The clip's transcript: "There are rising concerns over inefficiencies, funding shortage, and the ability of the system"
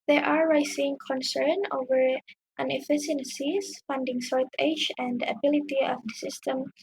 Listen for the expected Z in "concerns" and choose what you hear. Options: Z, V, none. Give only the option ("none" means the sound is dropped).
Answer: none